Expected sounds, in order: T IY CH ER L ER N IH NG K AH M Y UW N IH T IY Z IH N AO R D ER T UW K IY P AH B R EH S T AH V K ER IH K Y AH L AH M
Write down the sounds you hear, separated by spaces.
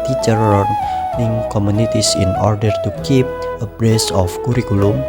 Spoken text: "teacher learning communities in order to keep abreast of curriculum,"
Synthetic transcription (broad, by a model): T IY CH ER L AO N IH NG K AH M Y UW N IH T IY S IH N AO R D ER T UW K IY P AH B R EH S AH F K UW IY K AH L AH M